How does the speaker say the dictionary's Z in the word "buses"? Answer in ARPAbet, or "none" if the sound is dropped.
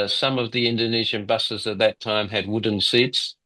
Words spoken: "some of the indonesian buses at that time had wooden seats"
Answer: Z